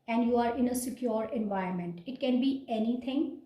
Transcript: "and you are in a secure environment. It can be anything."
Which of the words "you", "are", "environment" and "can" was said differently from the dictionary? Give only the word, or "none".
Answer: environment